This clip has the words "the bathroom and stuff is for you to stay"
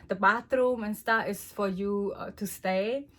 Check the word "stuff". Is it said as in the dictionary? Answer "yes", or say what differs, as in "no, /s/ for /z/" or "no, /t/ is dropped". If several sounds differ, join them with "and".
no, /f/ is dropped